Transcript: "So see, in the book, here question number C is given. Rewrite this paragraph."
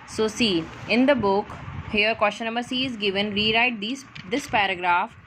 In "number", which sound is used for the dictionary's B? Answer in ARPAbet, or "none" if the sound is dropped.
none